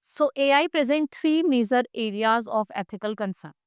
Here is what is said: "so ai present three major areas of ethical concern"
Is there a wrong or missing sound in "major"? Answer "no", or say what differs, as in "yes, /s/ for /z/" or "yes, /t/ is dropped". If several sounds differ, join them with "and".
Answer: yes, /z/ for /dʒ/